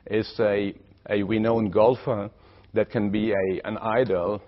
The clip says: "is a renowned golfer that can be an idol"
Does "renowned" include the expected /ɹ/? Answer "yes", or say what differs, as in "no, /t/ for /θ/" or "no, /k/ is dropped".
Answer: no, /w/ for /ɹ/